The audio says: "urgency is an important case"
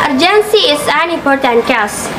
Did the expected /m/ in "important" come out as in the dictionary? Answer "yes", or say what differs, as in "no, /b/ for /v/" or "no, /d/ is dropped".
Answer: no, /m/ is dropped